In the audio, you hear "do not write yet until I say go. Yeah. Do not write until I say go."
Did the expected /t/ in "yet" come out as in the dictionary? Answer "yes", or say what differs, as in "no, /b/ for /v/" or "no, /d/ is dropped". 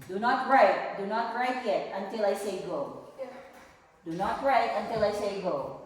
yes